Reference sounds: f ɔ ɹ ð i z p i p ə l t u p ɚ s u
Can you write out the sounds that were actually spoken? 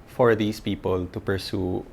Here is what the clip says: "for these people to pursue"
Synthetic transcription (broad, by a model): f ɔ ɹ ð i s p i p ə l t u p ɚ s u